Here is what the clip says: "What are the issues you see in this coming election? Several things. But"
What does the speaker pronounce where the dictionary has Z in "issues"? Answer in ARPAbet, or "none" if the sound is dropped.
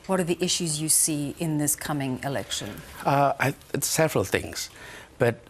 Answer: Z